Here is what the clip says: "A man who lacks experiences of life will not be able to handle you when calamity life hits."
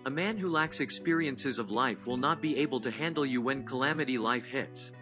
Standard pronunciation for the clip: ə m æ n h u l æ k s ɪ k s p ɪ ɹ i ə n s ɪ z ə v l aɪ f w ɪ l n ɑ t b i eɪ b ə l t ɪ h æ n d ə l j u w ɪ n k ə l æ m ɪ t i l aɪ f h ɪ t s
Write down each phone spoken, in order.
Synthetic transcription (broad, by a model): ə m æ n h u l æ k s ɪ k s p ɪ ɹ i ə n s ɪ z ə v l aɪ f w ɪ l n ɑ t b i eɪ b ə l t ɪ h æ n d l j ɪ w ɪ n k ə l æ m ɪ t i l aɪ f h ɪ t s